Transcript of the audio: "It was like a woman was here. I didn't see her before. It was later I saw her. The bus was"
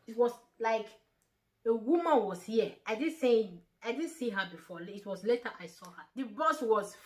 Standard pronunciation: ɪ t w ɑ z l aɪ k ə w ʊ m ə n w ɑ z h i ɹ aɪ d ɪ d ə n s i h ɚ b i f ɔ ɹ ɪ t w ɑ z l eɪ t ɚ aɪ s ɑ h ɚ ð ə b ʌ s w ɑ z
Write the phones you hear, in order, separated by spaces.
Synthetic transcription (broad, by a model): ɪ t w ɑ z l aɪ k ə w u m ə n w ɑ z h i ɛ aɪ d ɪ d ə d s i h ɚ b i f ɔ l ɪ t w ɑ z l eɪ t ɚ aɪ s ɑ h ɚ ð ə b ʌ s w ɑ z